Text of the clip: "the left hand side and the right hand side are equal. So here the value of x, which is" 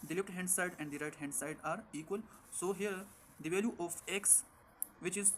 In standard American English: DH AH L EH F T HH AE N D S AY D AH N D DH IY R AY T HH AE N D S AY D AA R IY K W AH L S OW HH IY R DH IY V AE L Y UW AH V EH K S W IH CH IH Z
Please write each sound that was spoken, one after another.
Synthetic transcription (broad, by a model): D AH L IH P T HH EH N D S AY D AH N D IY R AY T HH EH N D S AY D AA R IY K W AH L S OW HH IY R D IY V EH L Y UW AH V EH K S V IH CH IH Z